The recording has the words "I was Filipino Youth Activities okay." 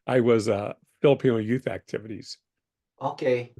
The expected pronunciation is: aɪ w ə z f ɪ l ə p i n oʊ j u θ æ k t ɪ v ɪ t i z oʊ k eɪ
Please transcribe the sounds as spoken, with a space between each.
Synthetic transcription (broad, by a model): aɪ w ə z f ɪ l ə p i n oʊ j u θ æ k t ɪ v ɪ t i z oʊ k eɪ